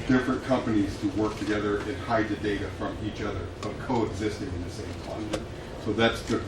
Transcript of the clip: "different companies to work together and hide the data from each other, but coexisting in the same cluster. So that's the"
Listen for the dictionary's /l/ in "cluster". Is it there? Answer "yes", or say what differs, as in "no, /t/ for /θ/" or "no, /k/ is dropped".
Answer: no, /l/ is dropped